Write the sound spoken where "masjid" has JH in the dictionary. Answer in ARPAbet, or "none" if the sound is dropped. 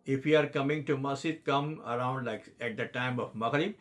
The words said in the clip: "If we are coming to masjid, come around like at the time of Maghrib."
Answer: none